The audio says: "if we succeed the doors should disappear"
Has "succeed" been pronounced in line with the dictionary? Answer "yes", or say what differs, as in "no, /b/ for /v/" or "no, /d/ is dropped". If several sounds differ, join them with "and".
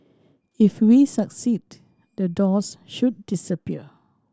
yes